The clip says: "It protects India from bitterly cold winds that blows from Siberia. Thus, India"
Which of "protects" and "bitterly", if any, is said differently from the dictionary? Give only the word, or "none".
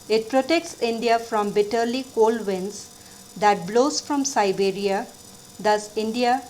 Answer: none